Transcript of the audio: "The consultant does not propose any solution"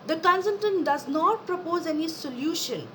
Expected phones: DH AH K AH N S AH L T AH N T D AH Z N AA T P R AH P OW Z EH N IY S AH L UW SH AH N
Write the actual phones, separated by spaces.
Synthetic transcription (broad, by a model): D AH K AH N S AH N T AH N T D AH Z N AA T P R AH P OW Z EH N IY S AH L UW SH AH N